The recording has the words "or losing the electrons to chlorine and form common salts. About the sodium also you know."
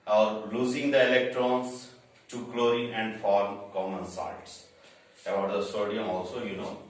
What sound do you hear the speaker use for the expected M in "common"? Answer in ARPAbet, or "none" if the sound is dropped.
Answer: M